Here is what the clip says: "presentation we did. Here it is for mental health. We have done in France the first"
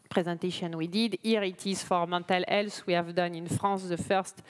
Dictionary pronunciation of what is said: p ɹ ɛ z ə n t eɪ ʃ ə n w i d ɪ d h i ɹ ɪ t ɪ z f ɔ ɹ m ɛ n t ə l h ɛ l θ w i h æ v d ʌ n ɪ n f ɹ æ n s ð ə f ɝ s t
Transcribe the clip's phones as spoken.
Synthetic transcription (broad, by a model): p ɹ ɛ z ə n t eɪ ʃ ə n w i d ɪ d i ɹ ɪ t ɪ z f ɔ ɹ m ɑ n t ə l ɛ l s w i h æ v d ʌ n ɪ n f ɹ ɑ s ð ə f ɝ s t